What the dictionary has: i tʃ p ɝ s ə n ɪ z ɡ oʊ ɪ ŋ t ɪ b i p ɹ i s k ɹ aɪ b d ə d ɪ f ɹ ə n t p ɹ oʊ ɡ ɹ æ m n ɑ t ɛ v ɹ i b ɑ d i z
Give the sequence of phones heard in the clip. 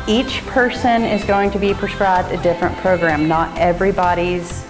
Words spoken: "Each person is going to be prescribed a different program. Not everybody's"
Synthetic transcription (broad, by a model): i tʃ p ɝ s ə n ɪ z ɡ oʊ ɪ ŋ t ɪ b i p ɹ i s k ɹ aɪ b d ə d ɪ f ɹ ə n p ɹ oʊ ɡ ɹ æ m n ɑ t ɛ v ɹ i b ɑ d i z